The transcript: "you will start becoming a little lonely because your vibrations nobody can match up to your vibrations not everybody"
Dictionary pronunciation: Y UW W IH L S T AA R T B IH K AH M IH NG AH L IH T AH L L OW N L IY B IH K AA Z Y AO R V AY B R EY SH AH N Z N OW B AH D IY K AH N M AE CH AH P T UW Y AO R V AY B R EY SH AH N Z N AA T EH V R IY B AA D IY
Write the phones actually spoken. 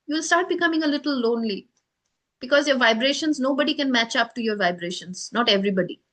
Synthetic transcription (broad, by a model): Y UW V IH L S T AA R T B IH K AH M IH NG AH L IH T AH L L OW N L IY B IH K AA Z Y AO R V AY B R EY SH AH N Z N OW B AH D IY K AH N M AE CH AH P T UW Y AO R V AY B R EY SH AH N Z N AA T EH V R IY B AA D IY